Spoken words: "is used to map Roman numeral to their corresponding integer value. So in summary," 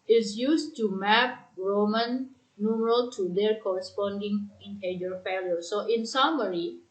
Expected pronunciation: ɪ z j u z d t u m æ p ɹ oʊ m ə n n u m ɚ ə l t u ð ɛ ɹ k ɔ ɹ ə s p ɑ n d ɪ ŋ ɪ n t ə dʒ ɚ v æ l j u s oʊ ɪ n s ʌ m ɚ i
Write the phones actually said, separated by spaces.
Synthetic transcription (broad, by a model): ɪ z j u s t u m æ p ɹ oʊ m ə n n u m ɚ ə l t u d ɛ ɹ k ɔ ɹ ə s p ɑ n d ɪ ŋ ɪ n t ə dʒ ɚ f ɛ l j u s oʊ ɪ n s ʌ m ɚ i